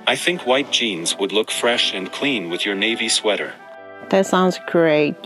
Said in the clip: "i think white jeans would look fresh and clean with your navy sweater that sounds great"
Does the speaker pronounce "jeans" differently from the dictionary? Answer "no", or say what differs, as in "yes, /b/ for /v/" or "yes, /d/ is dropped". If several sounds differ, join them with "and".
no